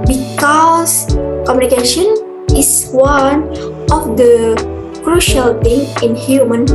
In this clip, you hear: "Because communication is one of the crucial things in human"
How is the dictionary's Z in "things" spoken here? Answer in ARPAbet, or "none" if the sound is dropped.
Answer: none